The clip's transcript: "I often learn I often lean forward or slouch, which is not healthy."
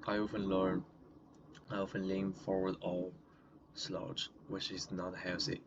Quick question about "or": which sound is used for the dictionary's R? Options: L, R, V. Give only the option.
L